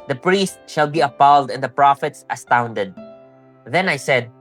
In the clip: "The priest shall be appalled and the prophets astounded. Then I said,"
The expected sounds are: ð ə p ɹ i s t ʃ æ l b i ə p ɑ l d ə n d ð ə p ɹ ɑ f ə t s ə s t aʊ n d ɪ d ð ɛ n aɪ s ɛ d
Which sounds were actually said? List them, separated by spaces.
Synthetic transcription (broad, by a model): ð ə p ɹ i s t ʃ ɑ l b i ə p ɑ l d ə n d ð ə p ɹ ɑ f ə t s ə s t aʊ n d ɪ d ð ɛ n aɪ s ɛ d